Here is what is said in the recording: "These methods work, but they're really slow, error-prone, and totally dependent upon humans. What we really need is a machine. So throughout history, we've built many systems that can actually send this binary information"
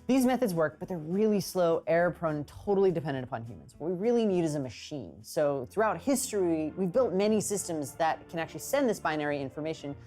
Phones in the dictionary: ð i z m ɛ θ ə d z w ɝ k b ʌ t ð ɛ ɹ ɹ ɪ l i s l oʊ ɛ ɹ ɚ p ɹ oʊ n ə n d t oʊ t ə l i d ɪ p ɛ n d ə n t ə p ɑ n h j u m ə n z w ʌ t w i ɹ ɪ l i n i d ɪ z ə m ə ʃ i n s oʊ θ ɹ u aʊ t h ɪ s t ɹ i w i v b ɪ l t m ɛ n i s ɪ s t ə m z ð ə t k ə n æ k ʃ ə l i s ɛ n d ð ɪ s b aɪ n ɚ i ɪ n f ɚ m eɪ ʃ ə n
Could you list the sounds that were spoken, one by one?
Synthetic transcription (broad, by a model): ð i z m ɛ θ ə d z w ɝ k b ʌ t ð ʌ ɹ ɹ ɪ l i s l oʊ ɛ ɹ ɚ p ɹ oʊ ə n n t oʊ t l i d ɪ p ɛ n d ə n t ə p ɑ n h j u m ə n z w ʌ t w i ɹ ɪ l i n i d ɪ z ə m ə ʃ i n s oʊ θ ɹ u aʊ t h ɪ s t ɹ i w i v b ɪ l t m ɛ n i s ɪ s t ə m z ð ə t k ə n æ k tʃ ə l i s ɛ n ð ɪ s b aɪ n ɚ i ɪ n f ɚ m eɪ ʃ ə n